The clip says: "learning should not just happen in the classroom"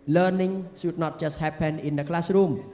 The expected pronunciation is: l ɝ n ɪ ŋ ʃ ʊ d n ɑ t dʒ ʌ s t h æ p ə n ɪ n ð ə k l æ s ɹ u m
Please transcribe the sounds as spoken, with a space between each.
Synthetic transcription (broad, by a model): l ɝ n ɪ ŋ s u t n ɑ t tʃ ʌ s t h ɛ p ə n ɪ n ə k l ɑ s ɹ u m